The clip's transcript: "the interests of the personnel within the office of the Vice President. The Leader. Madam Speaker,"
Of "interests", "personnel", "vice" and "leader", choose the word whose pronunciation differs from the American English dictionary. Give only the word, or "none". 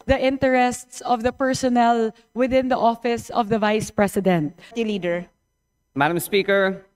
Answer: none